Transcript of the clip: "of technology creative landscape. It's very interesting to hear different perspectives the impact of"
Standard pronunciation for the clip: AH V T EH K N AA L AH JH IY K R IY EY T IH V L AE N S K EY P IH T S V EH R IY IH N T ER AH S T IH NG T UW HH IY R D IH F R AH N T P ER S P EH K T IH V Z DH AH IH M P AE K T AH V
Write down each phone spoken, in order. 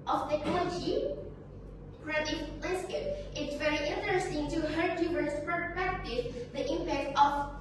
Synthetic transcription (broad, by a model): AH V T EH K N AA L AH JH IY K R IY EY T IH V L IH S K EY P IH T S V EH R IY IH N T ER AH S T IH NG T UW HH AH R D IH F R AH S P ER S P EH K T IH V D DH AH IH M P AE K T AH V